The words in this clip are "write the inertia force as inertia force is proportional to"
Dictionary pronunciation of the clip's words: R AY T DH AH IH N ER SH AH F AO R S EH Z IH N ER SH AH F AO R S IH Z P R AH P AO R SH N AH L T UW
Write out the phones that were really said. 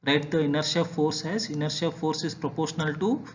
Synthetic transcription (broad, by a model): R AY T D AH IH N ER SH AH F AO R S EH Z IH N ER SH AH F AO R S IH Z P R AH P AO R SH N AH L T UW